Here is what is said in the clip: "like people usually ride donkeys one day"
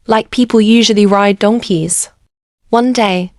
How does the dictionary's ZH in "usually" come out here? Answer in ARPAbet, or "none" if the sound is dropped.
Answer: ZH